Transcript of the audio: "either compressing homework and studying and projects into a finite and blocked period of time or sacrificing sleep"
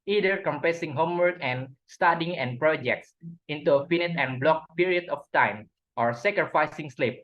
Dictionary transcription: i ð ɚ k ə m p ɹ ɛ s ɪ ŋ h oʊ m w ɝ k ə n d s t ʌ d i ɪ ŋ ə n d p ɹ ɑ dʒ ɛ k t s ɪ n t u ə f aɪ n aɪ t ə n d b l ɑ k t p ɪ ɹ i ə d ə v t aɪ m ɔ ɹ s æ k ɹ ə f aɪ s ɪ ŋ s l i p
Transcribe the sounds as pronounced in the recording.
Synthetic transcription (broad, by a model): i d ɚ k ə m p ɛ s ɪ ŋ h oʊ m w ɝ k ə n s t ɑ d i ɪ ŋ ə n p ɹ ɑ dʒ ɛ k t s ɪ n t u ə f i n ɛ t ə n b l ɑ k p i ɹ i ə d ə f t aɪ m ɔ ɹ s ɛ k ɹ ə f aɪ s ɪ ŋ s l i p